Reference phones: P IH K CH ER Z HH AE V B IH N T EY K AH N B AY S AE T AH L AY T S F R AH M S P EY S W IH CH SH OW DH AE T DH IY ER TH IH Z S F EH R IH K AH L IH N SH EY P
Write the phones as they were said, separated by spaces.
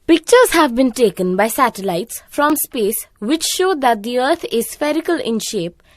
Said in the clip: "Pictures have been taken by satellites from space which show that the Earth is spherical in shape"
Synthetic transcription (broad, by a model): P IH K CH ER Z HH AE V B IH N T EY K AH N B AY S AE T AH L AY T S F R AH M S P EY S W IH CH SH OW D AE T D IY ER T IH Z S F EH R IH K AH L IH N SH EY P